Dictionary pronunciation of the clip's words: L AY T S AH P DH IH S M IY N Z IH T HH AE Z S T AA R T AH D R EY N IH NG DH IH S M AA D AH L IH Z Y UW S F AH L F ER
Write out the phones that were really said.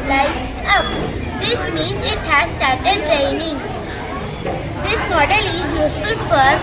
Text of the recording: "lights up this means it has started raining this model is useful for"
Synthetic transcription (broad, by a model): L AY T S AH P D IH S M IY N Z IH T HH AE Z S T AA R T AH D R EY N IH NG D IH S M AA D AH L IH Z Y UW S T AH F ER